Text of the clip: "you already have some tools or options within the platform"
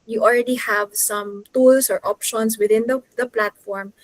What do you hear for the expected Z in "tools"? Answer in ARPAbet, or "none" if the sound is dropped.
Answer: S